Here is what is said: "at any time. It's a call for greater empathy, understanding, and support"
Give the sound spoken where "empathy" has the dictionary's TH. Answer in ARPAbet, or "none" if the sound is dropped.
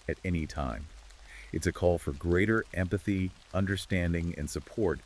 TH